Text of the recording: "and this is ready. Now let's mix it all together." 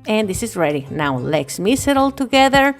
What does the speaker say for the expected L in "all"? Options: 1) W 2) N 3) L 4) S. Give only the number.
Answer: 3